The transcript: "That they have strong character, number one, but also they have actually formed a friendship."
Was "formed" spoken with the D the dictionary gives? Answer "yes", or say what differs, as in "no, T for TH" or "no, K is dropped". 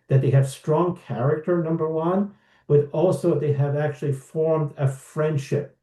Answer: yes